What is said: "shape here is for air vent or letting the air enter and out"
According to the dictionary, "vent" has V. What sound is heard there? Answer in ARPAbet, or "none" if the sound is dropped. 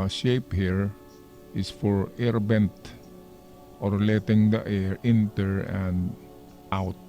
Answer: B